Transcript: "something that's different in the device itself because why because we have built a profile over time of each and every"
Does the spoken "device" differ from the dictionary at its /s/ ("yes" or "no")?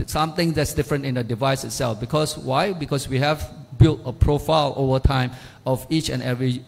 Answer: no